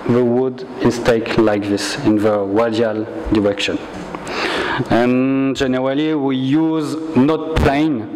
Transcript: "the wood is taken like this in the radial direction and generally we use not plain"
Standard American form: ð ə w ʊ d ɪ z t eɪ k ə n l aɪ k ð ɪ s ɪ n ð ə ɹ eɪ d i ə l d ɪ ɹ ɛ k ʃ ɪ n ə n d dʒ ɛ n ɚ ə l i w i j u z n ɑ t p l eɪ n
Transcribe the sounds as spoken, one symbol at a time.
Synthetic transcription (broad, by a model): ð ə w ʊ d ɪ s t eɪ ə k l aɪ k ð ɪ s ɪ n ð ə w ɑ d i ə l d ɪ ɹ ɛ k ʃ ɪ n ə n dʒ ɛ n ɚ ə l i w i j u z n ɑ t p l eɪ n